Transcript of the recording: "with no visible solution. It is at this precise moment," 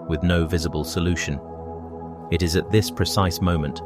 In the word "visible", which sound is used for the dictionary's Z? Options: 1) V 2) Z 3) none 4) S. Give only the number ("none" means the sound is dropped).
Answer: 2